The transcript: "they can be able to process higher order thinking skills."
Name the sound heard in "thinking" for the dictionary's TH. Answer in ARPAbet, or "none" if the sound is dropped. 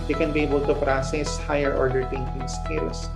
T